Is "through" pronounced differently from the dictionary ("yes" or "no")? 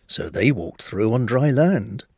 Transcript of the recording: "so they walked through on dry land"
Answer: no